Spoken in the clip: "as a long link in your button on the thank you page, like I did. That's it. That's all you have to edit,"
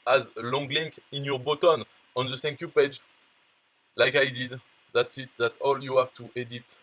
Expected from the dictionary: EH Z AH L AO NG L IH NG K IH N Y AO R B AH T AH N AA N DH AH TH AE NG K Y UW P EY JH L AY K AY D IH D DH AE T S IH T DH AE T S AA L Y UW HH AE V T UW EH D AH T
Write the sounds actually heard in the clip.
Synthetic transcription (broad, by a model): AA Z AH L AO NG L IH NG K IH N Y AO R B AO T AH N AA N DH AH S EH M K Y UW P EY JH L AY K AY D IH D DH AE T S IH T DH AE T S AA L Y UW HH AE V T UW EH D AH T